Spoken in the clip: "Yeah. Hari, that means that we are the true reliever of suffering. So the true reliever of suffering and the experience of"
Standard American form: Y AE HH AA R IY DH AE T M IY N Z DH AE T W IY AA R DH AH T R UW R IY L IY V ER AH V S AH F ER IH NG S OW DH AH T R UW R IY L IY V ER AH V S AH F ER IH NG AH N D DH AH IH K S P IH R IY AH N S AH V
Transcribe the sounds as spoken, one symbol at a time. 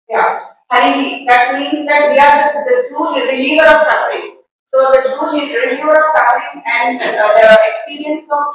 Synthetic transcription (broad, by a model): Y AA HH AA IY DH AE T M IY N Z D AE T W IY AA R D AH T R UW R IY L IY V ER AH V S AH F ER IH NG S OW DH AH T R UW R IY L IY V ER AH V S AH F ER IH NG AH N D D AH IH K S P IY R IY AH N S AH